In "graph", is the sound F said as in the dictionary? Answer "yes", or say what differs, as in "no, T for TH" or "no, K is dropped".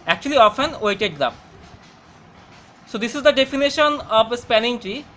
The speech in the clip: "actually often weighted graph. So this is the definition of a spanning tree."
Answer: no, P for F